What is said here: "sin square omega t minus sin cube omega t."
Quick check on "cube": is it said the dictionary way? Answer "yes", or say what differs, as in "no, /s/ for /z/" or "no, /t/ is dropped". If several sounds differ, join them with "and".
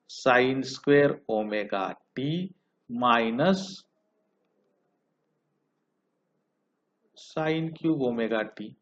no, /b/ is dropped